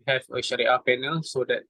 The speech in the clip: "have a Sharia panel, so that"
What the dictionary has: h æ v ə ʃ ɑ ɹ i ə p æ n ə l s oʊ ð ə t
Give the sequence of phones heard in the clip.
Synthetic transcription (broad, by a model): h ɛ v ə ʃ ɑ ɹ i ə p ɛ n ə l s oʊ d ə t